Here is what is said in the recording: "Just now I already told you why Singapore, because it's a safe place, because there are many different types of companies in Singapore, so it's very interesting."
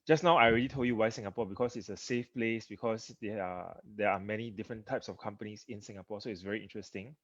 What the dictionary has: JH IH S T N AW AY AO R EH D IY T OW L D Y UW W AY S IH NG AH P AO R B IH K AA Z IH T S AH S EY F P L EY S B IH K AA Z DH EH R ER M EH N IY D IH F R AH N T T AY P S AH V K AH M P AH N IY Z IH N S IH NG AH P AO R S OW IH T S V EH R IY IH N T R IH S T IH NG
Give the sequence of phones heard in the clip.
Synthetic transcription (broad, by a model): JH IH S N AW AY R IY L IY T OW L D Y UW W AY S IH NG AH P AO B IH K AA S IH T S AH S EY F P L EY S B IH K AA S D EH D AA M EH N IY D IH F R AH N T T AY P S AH F K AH M P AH N IY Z IH N S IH NG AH P AO S OW IH T S V EH R IY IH N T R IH S T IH NG